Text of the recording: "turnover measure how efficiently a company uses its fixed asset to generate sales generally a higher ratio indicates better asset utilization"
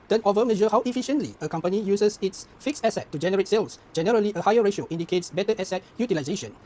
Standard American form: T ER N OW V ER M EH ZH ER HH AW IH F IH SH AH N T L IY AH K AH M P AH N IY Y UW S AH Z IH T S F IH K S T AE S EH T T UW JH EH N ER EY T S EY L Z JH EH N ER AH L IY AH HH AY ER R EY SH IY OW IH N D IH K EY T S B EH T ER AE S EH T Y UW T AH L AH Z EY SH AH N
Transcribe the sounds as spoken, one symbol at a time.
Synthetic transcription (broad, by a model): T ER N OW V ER M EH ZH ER HH AW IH F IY SH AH N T L IY AH K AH M P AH N IY Y UW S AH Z IH T S F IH K S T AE S EH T T UW JH EH N ER EY T S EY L S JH EH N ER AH L IY AH HH AY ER R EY SH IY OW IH N D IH K EY T S B EH T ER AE S EH T Y UW T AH L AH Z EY SH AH N